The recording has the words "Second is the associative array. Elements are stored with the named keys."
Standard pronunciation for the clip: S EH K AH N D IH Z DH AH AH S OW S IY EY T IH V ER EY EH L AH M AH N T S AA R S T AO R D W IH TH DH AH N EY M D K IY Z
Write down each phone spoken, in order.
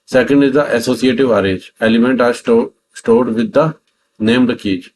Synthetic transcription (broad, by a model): S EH K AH N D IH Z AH AH S OW S IY EY T IH V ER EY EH L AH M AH N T AA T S T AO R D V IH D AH N EY M D K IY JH